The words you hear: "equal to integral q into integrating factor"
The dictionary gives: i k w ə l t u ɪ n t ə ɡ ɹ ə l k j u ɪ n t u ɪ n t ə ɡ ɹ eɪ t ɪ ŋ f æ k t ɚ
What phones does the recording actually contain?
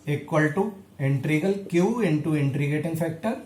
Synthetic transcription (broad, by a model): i k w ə l t u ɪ n t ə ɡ ə l k j u ɪ n t u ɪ n t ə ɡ eɪ t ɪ ŋ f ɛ k t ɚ